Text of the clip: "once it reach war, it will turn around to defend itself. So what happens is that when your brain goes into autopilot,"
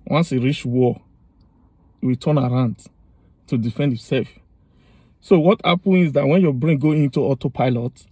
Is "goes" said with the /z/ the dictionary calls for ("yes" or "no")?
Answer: no